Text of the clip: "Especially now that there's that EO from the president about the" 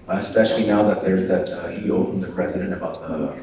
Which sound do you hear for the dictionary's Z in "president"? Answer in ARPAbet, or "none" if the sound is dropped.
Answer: Z